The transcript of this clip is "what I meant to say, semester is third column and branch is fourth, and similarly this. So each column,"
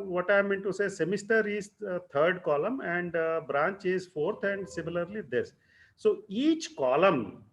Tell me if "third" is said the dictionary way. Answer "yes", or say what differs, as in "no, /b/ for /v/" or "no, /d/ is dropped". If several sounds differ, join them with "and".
no, /t/ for /θ/